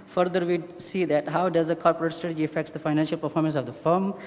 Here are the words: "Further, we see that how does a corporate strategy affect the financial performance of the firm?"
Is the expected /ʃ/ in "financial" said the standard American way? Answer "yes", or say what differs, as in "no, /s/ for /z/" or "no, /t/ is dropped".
yes